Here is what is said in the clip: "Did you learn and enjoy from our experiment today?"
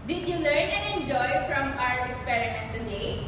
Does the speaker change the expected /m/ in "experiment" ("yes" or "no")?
yes